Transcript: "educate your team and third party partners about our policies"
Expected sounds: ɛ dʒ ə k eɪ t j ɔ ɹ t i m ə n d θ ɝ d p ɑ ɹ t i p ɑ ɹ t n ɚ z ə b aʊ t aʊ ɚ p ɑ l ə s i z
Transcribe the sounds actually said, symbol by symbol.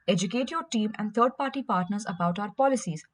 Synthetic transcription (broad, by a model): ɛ dʒ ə k eɪ t j ɔ ɹ t i m ə n d t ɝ d p ɑ ɹ t i p ɑ ɹ t n ɚ z ə b aʊ t aʊ ɚ p ɑ l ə s i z